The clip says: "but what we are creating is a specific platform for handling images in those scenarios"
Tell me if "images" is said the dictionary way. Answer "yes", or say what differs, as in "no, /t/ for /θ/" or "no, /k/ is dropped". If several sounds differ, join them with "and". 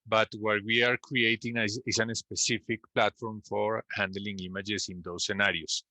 no, /s/ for /z/